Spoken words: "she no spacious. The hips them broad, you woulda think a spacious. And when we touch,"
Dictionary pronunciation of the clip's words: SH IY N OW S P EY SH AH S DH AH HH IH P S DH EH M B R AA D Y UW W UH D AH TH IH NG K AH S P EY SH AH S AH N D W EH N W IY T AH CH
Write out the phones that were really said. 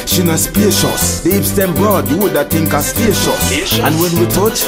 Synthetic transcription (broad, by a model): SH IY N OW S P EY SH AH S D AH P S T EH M B R AA D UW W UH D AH T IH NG K AH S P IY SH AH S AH N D W EH N W IY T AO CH